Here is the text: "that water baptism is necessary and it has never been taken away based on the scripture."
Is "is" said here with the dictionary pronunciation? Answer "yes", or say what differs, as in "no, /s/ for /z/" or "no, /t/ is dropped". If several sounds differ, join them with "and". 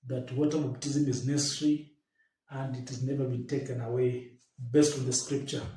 yes